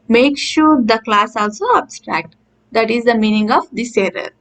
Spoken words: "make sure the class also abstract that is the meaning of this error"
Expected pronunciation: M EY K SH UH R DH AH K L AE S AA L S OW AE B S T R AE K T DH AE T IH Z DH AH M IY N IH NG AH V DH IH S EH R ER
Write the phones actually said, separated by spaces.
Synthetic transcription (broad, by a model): M EY K SH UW R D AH K L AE S AA L S OW AE B S T R AE K T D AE T IH Z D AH M IY N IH NG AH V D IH S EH R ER